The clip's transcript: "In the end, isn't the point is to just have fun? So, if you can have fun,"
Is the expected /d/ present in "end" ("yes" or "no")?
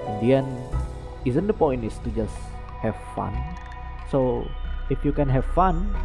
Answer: no